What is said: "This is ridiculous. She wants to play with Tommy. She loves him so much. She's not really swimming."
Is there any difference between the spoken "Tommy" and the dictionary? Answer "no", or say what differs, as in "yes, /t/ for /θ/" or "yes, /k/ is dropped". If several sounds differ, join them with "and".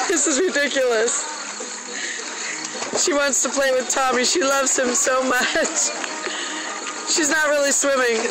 no